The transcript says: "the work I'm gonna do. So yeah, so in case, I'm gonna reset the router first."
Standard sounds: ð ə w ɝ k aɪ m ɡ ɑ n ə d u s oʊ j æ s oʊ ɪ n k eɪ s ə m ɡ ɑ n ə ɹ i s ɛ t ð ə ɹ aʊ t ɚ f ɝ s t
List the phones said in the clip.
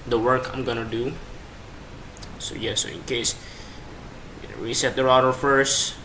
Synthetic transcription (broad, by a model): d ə w ɝ k aɪ m ɡ ɑ n ə d u s oʊ j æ s oʊ ɪ n k eɪ ə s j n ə w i s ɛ t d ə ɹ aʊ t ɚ f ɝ s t